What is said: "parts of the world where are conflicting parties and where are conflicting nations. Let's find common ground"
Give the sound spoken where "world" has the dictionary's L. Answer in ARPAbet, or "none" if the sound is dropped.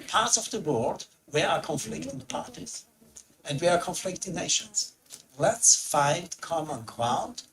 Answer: none